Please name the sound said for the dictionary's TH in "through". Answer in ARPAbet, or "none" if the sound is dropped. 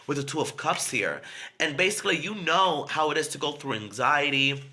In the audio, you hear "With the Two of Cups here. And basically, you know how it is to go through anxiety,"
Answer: TH